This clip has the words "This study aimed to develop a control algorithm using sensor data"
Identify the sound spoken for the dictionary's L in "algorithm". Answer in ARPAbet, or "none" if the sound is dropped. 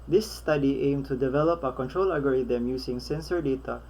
none